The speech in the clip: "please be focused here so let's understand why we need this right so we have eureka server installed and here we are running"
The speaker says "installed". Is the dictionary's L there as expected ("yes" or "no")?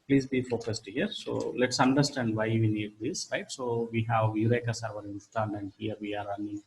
no